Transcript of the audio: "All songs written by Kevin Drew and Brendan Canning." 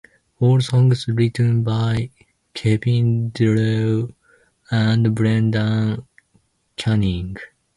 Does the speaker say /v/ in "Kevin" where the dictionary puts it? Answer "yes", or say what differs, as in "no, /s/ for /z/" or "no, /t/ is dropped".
no, /p/ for /v/